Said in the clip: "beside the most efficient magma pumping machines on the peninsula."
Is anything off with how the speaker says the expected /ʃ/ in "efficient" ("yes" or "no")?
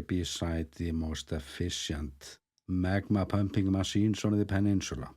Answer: yes